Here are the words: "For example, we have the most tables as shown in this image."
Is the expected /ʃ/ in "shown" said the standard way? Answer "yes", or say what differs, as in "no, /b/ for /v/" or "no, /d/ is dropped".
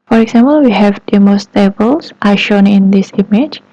yes